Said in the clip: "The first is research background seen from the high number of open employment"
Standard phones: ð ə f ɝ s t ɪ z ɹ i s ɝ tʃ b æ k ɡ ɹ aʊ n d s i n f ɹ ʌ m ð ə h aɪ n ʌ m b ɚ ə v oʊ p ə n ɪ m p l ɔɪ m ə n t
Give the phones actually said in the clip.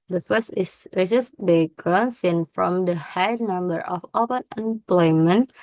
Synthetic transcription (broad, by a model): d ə f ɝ s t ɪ s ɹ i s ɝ s b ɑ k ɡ ɹ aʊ n s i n f ɹ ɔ m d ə h aɪ n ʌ m b ɚ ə f oʊ p ə n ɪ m p l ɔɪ m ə n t